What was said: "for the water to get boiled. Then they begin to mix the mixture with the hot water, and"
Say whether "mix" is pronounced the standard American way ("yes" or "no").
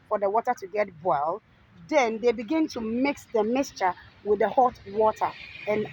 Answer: yes